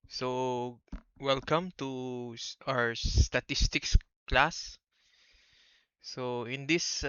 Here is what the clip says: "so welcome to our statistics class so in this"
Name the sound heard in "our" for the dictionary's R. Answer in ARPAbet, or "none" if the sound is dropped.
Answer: W